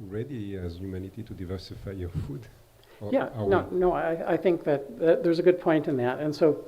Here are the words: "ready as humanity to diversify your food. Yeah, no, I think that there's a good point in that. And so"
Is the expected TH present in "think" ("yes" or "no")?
yes